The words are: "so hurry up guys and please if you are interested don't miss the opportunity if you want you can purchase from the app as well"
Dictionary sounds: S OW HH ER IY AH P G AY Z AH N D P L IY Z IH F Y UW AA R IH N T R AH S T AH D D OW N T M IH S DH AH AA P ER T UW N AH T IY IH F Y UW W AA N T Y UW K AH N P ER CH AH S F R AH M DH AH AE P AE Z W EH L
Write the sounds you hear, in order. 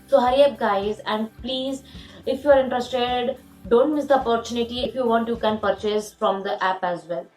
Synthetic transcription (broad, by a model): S OW HH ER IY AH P G AY Z AH N D P L IY Z IH F Y UW AA R IH N T R AH S T AH D D OW N T M IH S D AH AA P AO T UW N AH T IY IH F Y UW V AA N T Y UW K AH N P ER CH AH S F R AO M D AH AE P AE Z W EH L